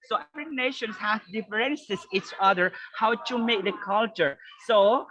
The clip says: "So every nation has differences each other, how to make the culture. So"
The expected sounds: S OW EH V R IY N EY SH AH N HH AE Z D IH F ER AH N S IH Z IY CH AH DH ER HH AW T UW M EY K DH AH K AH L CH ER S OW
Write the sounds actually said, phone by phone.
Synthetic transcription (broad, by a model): S OW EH F R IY N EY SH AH N HH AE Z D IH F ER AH N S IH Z IY CH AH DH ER HH AW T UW M EY K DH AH K AH L CH ER S OW